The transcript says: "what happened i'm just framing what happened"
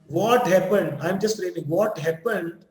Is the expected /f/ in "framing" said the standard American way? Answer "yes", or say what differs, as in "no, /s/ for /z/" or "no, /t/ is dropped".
no, /p/ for /f/